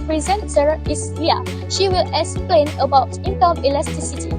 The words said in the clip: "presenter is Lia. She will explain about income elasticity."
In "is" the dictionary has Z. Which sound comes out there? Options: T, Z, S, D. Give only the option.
S